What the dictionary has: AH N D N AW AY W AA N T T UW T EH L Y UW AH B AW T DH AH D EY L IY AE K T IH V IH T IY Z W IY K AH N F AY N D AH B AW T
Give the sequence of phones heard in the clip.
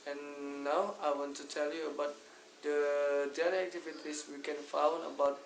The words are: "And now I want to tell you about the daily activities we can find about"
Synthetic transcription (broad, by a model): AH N N AW AY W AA N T T UW T EH L Y UW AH B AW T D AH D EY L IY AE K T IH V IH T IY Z W IY K AH N F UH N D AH B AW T